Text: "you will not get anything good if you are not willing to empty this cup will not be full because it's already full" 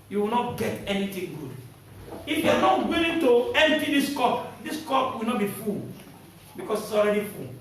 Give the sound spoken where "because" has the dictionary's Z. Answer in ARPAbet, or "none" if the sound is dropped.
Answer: S